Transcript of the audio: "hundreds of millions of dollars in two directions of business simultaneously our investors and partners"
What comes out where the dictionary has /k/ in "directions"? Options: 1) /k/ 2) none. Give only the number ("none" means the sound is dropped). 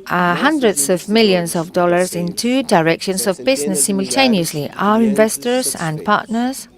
1